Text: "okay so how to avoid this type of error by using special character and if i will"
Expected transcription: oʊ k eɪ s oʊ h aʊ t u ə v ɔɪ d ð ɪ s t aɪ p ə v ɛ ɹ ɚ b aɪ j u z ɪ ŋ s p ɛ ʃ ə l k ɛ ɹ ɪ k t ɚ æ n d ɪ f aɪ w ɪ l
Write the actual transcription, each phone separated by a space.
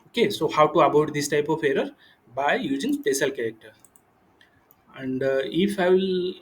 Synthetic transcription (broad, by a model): oʊ k eɪ s oʊ h aʊ t u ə b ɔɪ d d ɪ s t aɪ p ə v ɛ ɹ ɚ b aɪ j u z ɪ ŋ s p ɛ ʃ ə l k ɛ ɹ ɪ k t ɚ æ n d ɪ f aɪ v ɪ l